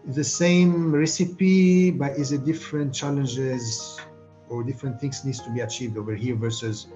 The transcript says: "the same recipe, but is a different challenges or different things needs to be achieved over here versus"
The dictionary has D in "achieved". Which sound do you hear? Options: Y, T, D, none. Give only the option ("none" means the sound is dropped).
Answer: D